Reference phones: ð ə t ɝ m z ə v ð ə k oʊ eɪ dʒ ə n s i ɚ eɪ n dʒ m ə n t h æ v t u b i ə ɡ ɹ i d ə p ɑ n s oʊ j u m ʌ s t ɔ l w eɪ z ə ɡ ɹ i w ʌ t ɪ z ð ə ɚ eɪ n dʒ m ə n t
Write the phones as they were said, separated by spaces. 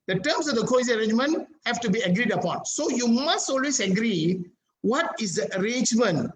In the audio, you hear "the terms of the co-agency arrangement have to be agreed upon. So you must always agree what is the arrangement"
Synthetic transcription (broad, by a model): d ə t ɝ m s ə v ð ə k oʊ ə s i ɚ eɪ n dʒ m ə n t h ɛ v t u b i ə ɡ ɹ i d ə p ɑ n s oʊ j u m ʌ s t ɔ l w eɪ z ə ɡ ɹ i w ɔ t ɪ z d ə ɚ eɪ n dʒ m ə n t